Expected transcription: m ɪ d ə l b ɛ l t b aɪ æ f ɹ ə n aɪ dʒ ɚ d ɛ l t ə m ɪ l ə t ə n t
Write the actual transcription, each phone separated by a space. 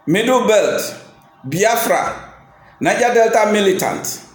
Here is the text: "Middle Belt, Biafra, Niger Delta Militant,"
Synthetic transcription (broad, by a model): m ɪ d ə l b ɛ l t b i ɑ f ɹ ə n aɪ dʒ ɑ d ɛ l t ə m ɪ l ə t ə n t